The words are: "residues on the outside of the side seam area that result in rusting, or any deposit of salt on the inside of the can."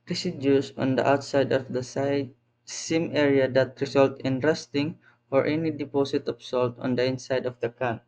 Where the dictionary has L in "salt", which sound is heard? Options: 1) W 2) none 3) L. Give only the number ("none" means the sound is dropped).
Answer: 3